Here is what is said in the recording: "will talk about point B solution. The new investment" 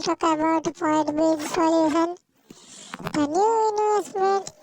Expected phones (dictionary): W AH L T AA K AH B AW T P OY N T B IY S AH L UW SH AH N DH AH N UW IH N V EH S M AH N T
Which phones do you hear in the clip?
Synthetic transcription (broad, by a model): T AA K AH B AW T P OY T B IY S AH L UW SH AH N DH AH N UW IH N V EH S M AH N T